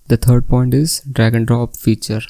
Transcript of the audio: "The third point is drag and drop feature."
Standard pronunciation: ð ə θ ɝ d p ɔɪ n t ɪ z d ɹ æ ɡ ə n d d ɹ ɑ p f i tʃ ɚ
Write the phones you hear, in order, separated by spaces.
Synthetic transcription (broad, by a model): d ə t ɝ d p ɔɪ n t ɪ z d ɹ æ ɡ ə n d d ɹ ɑ p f i tʃ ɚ